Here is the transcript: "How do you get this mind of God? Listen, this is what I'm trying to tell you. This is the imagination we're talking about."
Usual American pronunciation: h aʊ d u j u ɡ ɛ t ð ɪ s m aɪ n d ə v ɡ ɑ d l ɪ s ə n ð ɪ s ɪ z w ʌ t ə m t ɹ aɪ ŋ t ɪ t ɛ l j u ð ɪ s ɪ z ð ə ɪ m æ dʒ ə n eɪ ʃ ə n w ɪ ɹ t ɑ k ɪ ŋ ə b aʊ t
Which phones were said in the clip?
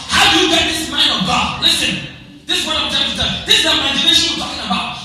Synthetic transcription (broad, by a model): h aʊ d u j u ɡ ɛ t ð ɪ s m aɪ n d ə v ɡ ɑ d l ɪ s ə n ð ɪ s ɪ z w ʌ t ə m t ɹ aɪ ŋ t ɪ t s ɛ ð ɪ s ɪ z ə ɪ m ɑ ə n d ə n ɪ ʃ t ɑ k ɪ ŋ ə b aʊ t